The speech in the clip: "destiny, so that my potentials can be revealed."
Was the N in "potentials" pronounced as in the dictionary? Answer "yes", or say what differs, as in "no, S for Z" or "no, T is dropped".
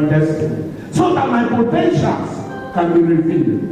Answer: no, N is dropped